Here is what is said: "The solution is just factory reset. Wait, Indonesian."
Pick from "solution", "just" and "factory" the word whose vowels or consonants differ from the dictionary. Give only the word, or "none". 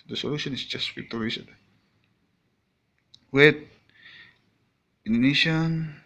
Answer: factory